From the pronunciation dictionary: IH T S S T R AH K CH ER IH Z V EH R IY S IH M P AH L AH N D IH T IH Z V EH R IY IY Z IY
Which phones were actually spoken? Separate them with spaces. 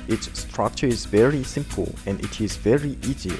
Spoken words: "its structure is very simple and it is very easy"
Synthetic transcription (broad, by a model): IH T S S T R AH K CH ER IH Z V EH R IY S IH M P AH L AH N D IH T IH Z V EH R IY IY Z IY